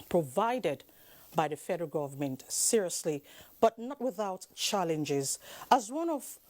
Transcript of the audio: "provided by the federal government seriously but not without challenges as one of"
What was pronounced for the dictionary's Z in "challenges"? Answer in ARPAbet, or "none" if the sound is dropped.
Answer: Z